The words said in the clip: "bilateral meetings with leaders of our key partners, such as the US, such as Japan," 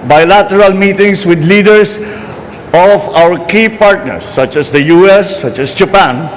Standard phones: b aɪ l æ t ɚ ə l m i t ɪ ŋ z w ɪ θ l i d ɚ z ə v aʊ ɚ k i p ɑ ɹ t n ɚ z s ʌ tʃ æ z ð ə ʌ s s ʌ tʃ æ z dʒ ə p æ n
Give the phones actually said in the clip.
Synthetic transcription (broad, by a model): b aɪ l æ t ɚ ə l m i t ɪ ŋ s w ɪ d l i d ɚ s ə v aʊ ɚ k i p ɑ ɹ t n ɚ s ʌ tʃ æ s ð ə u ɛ s ʌ tʃ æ s dʒ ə p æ n